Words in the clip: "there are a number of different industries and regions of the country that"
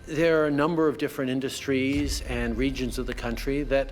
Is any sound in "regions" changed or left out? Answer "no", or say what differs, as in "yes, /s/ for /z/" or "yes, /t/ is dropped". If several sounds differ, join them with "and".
no